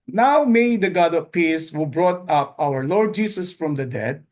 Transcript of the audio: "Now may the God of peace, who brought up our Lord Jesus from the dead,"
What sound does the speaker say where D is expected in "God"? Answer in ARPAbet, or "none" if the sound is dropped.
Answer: D